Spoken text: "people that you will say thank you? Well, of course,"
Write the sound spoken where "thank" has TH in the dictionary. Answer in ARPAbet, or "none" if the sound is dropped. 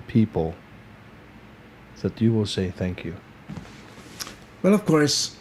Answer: TH